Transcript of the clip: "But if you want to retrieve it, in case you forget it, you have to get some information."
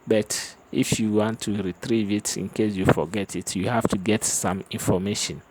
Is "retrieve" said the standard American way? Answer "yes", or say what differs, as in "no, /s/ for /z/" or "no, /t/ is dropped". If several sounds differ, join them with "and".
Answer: yes